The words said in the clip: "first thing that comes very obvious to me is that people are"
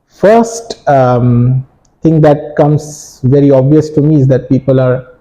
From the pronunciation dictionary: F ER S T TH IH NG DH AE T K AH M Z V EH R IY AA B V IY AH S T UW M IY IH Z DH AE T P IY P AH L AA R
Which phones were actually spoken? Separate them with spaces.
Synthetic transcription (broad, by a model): F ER S T T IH NG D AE T K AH M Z V EH R IY AA B V IY AH S T UW M IY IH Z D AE T P IY P AH L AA R